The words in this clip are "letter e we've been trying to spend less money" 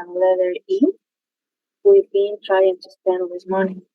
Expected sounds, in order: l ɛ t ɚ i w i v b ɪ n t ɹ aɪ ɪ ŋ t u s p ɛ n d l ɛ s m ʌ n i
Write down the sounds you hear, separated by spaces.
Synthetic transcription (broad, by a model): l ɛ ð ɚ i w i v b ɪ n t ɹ aɪ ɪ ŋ t u s p ɛ n d w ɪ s m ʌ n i